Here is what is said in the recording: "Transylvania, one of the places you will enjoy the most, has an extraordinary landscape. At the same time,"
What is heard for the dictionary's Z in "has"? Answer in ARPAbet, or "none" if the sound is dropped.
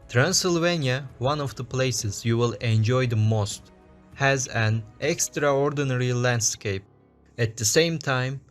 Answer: Z